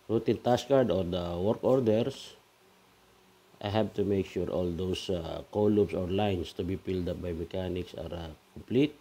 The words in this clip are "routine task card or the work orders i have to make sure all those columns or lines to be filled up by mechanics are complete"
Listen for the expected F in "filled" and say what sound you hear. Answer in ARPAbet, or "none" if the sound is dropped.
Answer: P